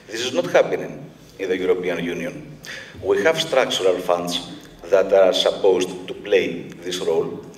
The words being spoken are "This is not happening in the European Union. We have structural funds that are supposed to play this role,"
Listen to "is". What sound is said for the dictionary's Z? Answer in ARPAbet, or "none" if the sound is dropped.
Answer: Z